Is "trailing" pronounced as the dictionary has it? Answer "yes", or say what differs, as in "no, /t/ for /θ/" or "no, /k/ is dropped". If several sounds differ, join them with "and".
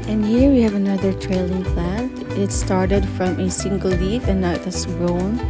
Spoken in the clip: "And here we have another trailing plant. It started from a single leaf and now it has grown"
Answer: yes